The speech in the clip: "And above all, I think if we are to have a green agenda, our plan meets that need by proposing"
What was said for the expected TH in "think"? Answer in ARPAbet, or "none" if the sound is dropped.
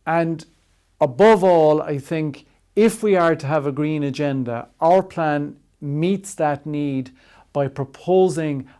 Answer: TH